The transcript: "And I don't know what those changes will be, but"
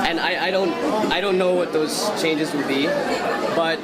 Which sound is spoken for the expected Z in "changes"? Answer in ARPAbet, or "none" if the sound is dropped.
Z